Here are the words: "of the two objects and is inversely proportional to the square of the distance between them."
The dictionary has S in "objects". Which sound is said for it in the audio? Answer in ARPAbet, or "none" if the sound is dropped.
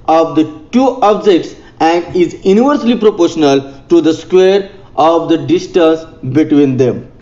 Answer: S